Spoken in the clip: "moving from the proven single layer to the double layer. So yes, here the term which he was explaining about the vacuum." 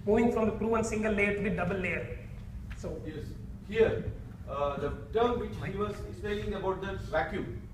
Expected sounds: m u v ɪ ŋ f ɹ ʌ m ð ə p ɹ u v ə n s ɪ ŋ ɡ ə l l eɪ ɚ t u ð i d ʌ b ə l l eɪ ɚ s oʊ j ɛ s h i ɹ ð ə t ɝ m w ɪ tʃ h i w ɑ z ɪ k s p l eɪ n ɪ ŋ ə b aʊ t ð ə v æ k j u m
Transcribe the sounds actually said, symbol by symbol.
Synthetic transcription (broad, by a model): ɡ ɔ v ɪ ŋ f ɹ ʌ m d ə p ɹ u ə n s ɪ ŋ ɡ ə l l eɪ ɚ t u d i d ʌ b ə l l eɪ ɚ s oʊ j ɛ s h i ɹ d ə t ɝ m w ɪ tʃ h i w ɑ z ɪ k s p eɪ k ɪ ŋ ə b aʊ t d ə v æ k j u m